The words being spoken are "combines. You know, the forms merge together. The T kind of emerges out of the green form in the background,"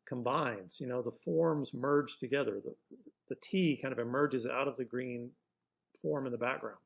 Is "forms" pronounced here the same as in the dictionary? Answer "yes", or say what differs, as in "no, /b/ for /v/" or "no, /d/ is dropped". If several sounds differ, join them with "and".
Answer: yes